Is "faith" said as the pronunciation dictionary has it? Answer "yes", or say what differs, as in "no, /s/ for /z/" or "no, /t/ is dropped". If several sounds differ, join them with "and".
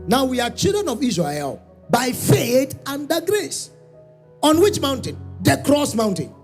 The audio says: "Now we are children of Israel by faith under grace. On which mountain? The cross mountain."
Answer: no, /t/ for /θ/